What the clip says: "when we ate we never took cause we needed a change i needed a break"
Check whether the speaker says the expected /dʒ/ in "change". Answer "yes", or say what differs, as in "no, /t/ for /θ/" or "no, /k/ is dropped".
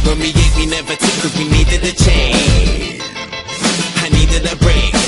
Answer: no, /dʒ/ is dropped